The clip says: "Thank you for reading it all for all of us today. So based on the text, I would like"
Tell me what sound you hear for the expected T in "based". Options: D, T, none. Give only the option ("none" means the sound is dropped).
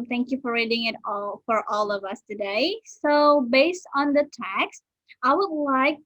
T